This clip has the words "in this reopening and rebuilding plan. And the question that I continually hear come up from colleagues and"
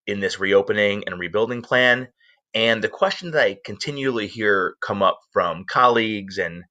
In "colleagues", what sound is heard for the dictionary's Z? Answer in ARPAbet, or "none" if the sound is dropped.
Z